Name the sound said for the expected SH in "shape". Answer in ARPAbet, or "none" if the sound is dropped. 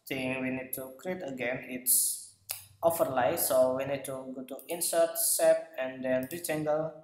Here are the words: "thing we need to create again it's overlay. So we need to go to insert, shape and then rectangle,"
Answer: S